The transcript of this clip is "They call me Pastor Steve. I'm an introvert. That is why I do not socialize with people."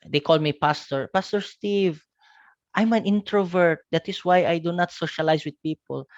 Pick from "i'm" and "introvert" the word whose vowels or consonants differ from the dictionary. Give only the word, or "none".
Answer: none